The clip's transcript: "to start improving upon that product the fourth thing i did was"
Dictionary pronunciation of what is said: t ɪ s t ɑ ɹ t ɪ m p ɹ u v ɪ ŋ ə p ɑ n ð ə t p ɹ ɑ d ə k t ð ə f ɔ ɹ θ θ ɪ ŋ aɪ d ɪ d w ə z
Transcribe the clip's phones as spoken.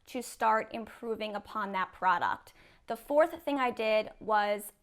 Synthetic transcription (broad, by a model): t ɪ s t ɑ ɹ t ɪ m p ɹ u v ɪ ŋ ə p ɑ n ð ə t p ɹ ɑ d ə k t ð ə f ɔ ɹ θ θ ɪ ŋ aɪ d ɪ d w ə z